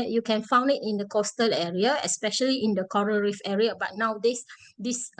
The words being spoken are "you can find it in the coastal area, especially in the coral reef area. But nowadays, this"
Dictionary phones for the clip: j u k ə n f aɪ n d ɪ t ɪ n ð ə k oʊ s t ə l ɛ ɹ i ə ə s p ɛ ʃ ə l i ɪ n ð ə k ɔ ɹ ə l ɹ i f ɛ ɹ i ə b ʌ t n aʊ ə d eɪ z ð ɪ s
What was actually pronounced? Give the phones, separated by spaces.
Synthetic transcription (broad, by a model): j u k ə n f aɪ n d ɪ t ɪ n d ə k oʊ s t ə l ɛ ɹ i ə ə s p ɛ ʃ ə l i ɪ n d ə k ɔ ɹ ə ɹ i f ɛ ɹ i ə b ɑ t n aʊ d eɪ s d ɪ s